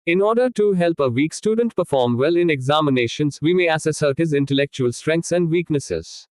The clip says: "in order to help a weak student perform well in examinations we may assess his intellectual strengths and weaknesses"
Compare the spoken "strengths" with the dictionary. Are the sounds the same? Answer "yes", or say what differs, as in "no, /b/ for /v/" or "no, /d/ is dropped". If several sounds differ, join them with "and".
no, /t/ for /θ/